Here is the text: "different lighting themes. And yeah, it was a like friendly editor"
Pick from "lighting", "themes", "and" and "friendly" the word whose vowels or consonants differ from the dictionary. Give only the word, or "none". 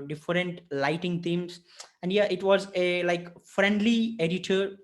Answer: themes